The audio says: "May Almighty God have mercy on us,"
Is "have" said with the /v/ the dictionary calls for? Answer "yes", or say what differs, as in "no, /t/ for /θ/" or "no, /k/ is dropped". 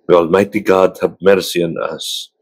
no, /b/ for /v/